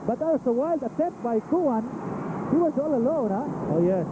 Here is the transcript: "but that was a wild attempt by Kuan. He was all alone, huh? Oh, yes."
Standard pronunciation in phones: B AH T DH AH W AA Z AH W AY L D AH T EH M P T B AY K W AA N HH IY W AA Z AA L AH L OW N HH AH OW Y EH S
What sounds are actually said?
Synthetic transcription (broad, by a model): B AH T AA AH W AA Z AH W AY L D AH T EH P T B AY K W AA N HH IY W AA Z AA L AH L OW N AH OW Y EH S